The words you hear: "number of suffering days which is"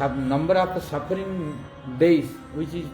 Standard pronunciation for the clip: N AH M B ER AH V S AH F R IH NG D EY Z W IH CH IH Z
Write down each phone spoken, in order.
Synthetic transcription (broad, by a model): N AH M B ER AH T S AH P R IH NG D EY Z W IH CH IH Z